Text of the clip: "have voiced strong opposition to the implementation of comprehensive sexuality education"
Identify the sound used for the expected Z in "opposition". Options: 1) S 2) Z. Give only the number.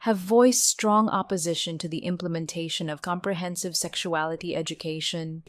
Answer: 2